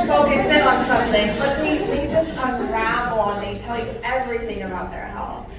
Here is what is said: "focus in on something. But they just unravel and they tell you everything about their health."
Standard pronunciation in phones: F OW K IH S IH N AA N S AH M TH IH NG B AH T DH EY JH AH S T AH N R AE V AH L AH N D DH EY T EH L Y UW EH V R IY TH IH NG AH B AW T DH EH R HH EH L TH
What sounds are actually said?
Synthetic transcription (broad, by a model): F OW K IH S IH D N S AH M TH IH NG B AH T DH EY JH AH S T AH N R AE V L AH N DH EY T EH L Y UW EH V R IY TH IH NG AH B AW T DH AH R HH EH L